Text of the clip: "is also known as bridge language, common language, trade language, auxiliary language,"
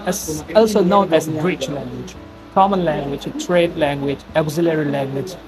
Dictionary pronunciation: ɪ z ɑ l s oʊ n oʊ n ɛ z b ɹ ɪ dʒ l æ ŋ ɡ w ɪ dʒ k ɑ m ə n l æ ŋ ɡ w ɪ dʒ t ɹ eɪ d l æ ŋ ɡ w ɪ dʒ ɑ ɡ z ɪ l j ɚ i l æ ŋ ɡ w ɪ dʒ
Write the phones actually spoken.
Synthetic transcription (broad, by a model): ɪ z ɑ l s oʊ n oʊ n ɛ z ɹ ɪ tʃ l æ ŋ ɡ w ɪ dʒ k ɑ m ə n l æ ŋ ɡ w ɪ dʒ t ɹ eɪ d l æ ŋ ɡ w ɪ dʒ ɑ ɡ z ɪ l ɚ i l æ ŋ ɡ w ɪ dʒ